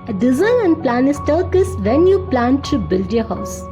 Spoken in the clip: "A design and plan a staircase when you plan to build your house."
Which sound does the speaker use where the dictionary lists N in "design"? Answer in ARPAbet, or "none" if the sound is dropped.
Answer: L